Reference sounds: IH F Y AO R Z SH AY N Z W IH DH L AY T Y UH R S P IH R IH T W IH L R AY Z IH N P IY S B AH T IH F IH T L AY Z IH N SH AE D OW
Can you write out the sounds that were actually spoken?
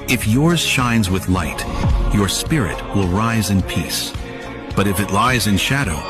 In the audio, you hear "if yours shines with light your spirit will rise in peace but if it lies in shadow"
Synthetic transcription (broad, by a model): IH F Y AO R Z SH AY N Z W IH DH L AY T Y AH R S P IH R IH T W IH L R AY Z IH N P IY S B AH T IH F IH T L AY Z IH N SH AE D OW